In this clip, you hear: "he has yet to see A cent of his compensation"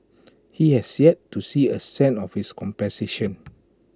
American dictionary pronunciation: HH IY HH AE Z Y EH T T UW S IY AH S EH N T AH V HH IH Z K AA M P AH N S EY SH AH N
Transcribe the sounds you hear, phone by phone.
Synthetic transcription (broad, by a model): HH IY HH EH S Y EH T T UW S IY AH S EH N AH F HH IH S K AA M P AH S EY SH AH N